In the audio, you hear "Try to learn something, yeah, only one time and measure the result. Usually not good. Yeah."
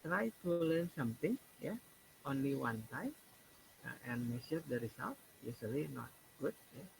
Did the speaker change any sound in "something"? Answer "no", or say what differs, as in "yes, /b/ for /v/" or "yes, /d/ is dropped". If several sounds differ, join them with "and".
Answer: yes, /t/ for /θ/